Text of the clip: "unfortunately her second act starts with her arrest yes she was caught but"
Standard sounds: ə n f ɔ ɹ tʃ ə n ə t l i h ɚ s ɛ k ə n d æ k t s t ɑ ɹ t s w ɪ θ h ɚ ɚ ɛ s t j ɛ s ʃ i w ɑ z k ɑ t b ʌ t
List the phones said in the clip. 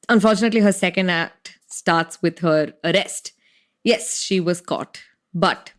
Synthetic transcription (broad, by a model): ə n f ɔ ɹ tʃ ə n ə t l i h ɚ s ɛ k ə n d æ k t s t ɑ ɹ t s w ɪ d h ɚ ɚ ɛ s t j ɛ s ʃ i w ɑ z k ɑ t b ʌ t